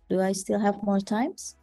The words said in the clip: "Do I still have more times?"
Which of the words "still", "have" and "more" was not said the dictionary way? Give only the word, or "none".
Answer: none